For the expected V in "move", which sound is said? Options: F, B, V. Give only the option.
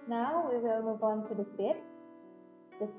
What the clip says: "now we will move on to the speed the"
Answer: V